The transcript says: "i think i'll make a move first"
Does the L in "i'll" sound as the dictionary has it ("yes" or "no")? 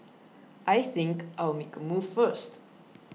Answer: no